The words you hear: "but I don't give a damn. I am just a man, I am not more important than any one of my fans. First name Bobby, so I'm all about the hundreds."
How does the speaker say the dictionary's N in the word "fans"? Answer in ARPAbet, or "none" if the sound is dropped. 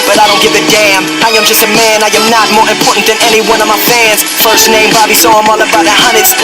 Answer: N